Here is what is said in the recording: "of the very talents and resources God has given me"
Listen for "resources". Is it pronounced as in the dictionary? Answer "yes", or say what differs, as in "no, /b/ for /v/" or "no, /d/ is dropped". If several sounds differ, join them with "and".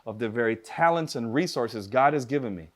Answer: yes